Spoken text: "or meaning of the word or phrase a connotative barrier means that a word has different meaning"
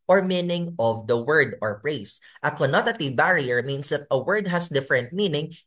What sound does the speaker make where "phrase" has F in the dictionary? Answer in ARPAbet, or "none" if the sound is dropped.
P